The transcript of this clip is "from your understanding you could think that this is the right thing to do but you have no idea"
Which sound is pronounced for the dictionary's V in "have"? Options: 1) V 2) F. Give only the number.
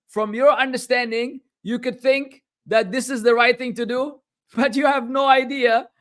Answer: 1